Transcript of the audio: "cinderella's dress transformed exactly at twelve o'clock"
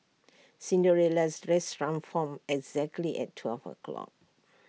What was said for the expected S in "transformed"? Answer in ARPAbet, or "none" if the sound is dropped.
none